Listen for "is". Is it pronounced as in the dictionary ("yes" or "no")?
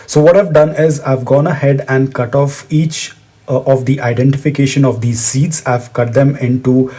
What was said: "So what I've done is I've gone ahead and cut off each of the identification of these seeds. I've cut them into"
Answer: yes